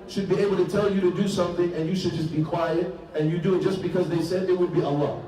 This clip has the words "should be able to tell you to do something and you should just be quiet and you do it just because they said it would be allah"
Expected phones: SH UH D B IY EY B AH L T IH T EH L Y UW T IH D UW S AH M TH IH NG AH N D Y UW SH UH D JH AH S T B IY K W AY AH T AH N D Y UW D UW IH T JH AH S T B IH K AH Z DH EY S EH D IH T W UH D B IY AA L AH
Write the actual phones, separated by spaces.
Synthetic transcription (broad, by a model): SH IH D B IY EY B L T IH T EH L Y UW T IH D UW S AH M TH IH NG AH N Y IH SH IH D JH AH S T B IY K W AY AH T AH N Y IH D UW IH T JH AH S B IH K AH Z DH EY S EH D IH T W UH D B IY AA L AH